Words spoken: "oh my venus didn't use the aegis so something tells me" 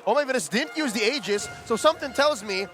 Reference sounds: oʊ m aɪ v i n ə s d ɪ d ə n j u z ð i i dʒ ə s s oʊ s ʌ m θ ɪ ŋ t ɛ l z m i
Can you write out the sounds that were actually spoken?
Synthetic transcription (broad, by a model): oʊ m aɪ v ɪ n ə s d ɪ d n j u z ð i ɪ dʒ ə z s oʊ s ʌ m θ ɪ ŋ t ɛ l z m i